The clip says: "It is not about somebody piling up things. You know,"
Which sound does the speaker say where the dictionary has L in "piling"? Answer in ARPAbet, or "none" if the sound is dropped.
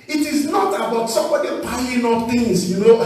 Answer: N